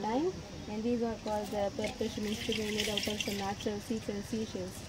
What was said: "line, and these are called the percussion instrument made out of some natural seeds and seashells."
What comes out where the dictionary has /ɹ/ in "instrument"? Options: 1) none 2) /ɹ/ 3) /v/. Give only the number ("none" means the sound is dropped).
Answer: 1